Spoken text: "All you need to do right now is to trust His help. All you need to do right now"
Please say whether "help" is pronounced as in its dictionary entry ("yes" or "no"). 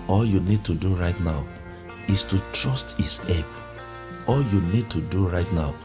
no